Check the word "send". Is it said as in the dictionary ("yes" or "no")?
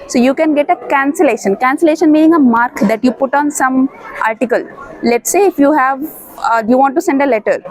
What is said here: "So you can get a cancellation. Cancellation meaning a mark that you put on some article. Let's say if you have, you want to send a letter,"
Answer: yes